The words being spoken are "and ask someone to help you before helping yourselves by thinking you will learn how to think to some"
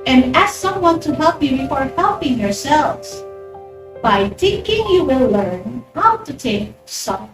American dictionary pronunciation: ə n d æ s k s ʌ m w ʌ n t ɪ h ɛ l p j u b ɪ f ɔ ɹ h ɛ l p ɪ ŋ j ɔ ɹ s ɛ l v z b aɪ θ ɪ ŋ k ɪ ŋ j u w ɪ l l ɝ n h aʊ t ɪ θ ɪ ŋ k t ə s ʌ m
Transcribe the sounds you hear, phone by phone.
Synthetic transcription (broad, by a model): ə n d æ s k s ʌ m w ʌ n t ɪ h ɛ l p j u b ɪ f ɔ ɹ h ɛ l p ɪ ŋ j ɔ ɹ s ɛ l v z b aɪ t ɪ k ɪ ŋ j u w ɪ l l ɝ n h aʊ t ɪ t ɪ k s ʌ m